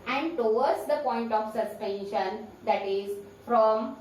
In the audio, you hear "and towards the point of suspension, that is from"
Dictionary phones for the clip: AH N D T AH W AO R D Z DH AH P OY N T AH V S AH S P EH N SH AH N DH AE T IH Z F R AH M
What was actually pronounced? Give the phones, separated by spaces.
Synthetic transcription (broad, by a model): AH N D T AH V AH R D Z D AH P OY N T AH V S AH S P EH N SH AH N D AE T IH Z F R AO M